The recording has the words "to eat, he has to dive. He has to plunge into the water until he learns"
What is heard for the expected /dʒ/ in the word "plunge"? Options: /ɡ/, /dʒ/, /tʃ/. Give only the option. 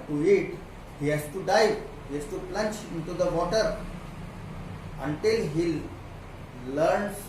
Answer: /tʃ/